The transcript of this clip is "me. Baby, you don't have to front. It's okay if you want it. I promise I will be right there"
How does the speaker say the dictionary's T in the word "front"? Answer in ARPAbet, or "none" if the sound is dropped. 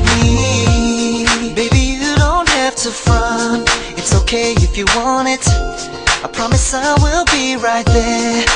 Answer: none